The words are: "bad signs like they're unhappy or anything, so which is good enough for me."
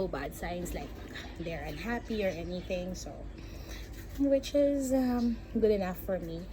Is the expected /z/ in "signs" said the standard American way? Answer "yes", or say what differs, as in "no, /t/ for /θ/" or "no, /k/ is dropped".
no, /s/ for /z/